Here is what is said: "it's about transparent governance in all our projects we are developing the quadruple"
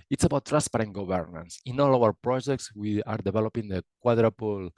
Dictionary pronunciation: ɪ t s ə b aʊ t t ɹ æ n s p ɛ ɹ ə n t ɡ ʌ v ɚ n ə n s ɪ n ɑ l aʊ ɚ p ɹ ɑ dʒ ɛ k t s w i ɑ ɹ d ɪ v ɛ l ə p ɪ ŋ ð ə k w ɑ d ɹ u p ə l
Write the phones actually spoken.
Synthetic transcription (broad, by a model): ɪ t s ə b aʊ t t ɹ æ n s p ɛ ɹ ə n ɡ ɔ b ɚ n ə n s ɪ n ɑ l aʊ ɚ p ɹ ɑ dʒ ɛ k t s w i ɑ ɹ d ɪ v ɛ l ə p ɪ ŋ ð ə k w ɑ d ɹ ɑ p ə l